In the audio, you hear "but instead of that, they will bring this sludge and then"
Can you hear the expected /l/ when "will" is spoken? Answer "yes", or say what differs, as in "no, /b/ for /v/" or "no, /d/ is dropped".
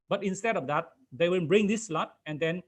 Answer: no, /n/ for /l/